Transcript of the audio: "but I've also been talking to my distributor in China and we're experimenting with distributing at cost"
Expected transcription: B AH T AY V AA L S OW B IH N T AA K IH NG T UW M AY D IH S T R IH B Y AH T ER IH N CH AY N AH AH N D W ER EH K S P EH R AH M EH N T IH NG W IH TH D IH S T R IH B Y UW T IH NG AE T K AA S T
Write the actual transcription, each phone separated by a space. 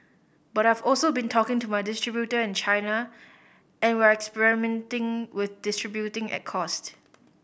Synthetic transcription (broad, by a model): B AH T AY V AA L S OW B IH N T AA K IH NG T UW M AY D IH S T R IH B Y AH T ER IH N CH AY N AH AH N W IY EH K S P EH R AH M EH N T IH NG W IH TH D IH S T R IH B Y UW T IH NG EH T K AA S T